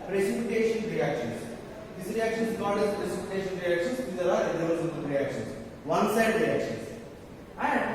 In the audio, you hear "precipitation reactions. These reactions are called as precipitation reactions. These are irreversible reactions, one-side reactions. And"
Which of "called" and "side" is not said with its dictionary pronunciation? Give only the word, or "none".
called